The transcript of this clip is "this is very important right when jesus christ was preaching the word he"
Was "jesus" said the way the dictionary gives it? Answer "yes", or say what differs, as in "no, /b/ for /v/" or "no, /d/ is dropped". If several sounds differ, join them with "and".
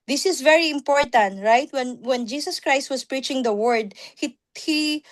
no, /s/ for /z/